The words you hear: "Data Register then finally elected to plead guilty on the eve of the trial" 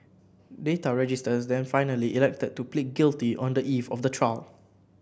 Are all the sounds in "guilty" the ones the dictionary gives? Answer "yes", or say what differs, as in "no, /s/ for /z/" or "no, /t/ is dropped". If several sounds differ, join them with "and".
yes